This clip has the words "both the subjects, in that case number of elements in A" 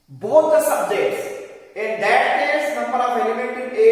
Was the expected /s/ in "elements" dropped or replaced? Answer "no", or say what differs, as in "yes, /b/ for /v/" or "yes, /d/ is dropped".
yes, /s/ is dropped